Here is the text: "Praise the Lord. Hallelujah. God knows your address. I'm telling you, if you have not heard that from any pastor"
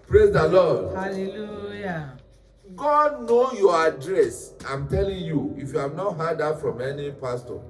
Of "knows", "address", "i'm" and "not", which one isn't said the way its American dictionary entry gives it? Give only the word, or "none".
knows